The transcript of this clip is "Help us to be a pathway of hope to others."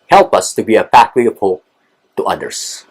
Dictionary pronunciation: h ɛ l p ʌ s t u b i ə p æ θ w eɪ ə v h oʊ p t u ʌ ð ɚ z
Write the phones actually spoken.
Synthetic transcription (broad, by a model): h ɛ l p ʌ s t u b i ə f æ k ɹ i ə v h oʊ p t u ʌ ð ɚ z